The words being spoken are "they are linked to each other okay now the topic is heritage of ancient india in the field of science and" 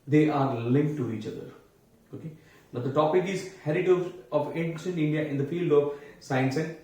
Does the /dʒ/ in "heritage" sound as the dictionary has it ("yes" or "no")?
no